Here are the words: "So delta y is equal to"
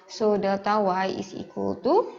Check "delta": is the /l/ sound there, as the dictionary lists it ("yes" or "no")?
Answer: no